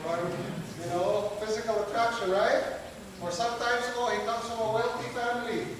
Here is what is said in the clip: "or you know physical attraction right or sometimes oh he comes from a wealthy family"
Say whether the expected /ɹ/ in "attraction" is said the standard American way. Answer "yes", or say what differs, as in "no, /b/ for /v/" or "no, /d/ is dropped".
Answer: yes